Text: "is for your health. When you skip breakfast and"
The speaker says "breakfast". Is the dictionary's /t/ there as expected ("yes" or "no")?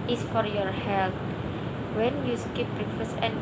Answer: no